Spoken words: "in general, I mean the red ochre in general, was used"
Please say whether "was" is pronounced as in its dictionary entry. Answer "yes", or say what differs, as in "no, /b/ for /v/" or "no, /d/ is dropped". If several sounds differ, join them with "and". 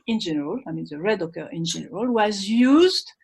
yes